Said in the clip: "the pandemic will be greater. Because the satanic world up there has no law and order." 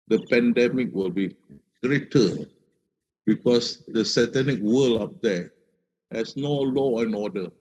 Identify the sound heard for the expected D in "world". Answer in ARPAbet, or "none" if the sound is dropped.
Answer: none